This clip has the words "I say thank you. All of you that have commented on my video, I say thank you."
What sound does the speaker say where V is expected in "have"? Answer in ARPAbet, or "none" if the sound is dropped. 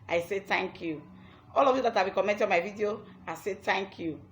B